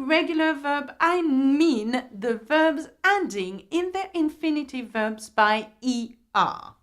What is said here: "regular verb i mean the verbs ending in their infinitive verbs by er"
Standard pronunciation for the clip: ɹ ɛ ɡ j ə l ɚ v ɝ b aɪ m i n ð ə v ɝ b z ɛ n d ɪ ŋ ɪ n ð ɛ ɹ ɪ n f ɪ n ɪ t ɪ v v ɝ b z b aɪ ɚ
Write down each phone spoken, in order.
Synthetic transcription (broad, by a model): ɹ ɛ ɡ j l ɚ v ɝ b aɪ m i n ð ə v ɝ b z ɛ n d ɪ ŋ ɪ n ð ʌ ɹ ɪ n f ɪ n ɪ t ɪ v v ɝ b z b aɪ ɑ